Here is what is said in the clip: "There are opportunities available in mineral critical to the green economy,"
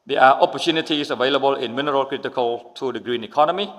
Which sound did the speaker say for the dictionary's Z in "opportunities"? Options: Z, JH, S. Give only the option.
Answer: S